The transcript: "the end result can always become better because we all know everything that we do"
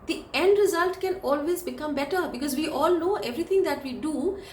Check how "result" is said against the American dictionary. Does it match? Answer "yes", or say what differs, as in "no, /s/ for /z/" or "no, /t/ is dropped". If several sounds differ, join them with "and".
yes